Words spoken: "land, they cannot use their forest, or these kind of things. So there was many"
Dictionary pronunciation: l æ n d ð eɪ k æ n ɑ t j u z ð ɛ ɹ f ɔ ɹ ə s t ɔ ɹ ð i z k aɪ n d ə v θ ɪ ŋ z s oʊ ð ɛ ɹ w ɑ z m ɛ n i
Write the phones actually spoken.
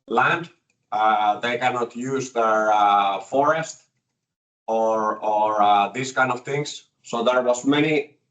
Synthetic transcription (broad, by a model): l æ n d ð eɪ k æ n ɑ t j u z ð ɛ ɹ f ɔ ɹ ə s t ɔ ɹ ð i s k aɪ n d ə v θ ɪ ŋ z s oʊ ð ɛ ɹ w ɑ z m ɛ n i